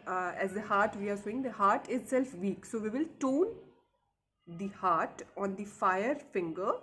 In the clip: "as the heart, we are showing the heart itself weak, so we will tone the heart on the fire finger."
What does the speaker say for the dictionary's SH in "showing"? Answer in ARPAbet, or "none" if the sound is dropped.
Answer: S